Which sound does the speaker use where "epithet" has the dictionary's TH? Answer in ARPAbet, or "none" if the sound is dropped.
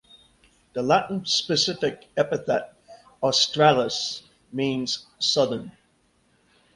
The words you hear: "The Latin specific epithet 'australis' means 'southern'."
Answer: TH